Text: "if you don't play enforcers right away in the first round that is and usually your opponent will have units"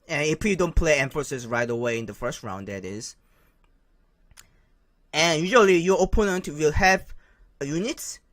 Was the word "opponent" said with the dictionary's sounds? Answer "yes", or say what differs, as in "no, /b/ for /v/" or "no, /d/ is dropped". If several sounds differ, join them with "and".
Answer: yes